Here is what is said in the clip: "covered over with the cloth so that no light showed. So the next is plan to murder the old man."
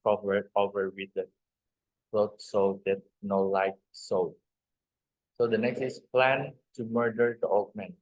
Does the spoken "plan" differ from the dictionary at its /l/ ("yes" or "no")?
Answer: no